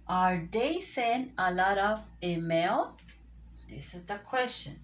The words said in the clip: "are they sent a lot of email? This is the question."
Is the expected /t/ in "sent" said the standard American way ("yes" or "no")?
no